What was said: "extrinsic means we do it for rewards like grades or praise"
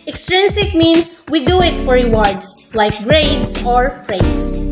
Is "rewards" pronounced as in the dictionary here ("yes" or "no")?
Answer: no